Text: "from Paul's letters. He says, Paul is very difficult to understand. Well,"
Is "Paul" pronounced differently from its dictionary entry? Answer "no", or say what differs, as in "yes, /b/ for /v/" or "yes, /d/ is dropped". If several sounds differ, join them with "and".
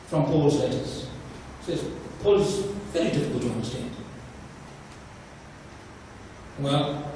no